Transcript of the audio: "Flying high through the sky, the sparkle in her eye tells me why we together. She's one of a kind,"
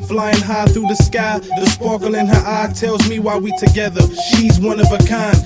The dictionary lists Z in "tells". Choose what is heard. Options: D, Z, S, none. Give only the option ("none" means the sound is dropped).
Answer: Z